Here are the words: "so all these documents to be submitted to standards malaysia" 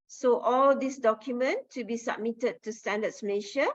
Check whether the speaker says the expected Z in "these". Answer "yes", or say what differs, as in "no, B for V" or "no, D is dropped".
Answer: no, S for Z